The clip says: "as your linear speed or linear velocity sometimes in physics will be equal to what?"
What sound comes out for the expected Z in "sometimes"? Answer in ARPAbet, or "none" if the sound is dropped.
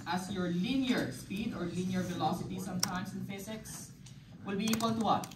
S